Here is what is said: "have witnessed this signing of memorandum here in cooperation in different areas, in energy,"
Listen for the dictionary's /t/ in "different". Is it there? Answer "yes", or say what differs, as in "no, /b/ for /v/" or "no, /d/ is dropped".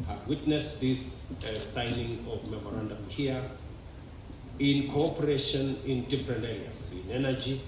no, /t/ is dropped